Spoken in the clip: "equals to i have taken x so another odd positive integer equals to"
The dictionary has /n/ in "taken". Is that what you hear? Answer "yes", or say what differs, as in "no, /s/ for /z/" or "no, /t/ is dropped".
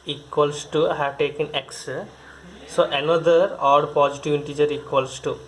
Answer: yes